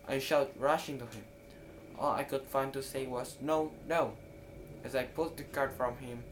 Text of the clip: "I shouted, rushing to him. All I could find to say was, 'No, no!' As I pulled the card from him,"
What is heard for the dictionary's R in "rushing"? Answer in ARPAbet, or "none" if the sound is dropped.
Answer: R